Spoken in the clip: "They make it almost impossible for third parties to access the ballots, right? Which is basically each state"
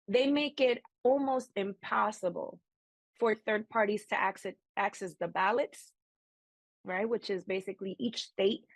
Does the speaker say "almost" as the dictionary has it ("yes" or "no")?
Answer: yes